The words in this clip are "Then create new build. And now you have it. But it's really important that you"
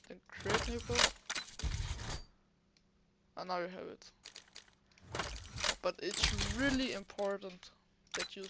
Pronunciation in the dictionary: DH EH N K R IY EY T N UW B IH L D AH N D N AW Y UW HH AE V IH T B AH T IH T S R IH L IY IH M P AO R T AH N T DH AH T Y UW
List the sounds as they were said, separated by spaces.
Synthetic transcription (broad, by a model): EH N K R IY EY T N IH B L AH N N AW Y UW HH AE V IH T B AH T IH T S R IH L IY IH M P AO R T AH N T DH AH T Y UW